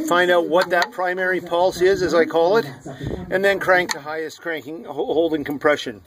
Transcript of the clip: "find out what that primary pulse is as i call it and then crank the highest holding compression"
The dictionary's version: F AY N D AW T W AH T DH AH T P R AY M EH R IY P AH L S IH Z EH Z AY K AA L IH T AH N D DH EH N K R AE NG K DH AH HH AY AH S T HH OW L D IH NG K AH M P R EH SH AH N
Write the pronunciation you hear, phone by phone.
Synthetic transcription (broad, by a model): F AY N D AW T W AH T DH AH T P R AY M EH R IY P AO L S IH Z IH Z AY K AA L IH T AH N DH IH N K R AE NG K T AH HH AY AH S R HH OW L D IH NG K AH M P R EH SH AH N